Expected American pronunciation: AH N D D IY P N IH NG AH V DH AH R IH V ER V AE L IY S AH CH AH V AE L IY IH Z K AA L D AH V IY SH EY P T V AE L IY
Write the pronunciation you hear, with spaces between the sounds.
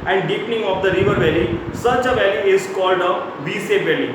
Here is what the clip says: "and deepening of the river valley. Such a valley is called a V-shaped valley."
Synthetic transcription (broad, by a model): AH N D D IY P N IH NG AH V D AH R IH V ER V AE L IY S AH CH AH V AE L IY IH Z K AA L D AH V IY S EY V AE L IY